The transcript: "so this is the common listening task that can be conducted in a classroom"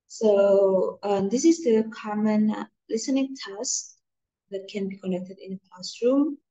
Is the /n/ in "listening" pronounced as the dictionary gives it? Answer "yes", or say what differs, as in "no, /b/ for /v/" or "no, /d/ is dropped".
yes